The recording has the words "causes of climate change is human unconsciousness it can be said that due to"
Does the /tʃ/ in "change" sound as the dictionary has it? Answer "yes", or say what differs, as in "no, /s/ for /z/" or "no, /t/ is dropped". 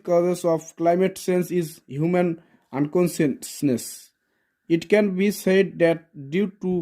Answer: no, /s/ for /tʃ/